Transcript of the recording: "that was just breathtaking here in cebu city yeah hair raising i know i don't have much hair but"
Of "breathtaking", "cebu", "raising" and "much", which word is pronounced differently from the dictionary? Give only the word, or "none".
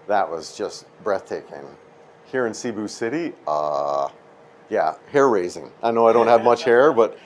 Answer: none